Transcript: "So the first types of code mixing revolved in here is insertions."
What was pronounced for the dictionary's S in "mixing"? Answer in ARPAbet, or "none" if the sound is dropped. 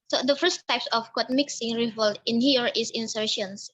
S